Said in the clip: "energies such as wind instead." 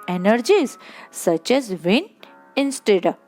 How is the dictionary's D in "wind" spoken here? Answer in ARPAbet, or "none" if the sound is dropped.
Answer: none